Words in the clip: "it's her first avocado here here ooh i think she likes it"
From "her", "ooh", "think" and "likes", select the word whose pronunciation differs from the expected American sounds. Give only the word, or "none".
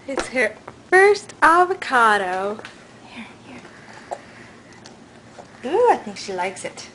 none